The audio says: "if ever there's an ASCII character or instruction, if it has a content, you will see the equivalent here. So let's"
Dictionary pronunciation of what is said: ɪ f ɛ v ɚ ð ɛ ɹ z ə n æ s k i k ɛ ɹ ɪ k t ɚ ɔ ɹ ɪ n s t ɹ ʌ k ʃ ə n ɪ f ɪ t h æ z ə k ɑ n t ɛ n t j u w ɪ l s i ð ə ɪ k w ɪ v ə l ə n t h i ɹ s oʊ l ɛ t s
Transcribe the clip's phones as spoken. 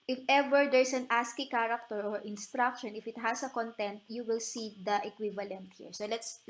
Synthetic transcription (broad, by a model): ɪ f ɛ v ɚ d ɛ ɹ s ə n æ s k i k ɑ ɹ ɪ k t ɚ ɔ ɹ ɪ n s t ɹ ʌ k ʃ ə n ɪ f ɪ t h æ s ə k ɑ n t ɛ n t j u w ɪ l s i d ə ɪ k w ɪ v ə l ə n t h i ɹ s oʊ l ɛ t s